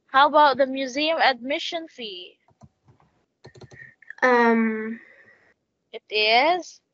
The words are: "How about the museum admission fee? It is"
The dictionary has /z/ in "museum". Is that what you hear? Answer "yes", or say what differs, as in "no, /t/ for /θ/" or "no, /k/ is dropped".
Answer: yes